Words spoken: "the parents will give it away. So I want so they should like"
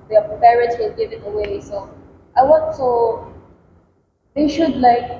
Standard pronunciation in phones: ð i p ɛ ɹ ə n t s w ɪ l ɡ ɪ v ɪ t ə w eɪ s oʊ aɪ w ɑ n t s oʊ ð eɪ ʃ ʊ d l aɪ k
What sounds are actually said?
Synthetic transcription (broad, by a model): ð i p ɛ ɹ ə t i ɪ n ɡ ɪ v ɪ t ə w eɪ s oʊ aɪ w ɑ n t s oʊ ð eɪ ʃ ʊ d l aɪ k